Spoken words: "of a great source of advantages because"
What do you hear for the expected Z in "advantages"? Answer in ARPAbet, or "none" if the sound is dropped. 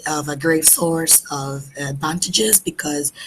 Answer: Z